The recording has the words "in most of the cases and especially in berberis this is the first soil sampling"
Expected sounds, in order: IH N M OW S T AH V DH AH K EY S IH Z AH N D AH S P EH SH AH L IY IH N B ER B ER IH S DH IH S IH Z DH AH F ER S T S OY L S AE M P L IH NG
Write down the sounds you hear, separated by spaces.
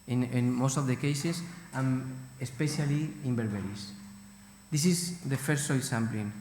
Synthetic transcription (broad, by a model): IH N M OW S T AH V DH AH K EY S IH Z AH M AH S P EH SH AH L IY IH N B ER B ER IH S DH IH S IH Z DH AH F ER T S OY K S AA M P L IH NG